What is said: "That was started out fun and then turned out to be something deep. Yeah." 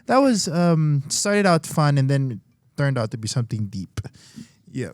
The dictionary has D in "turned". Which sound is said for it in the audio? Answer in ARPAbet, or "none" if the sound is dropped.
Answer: D